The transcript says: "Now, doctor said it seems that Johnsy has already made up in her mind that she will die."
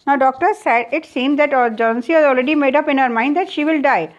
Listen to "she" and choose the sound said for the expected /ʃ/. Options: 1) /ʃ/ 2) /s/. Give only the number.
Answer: 1